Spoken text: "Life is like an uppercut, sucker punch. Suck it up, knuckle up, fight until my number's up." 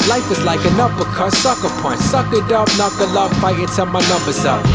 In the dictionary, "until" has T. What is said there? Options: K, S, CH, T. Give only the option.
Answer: S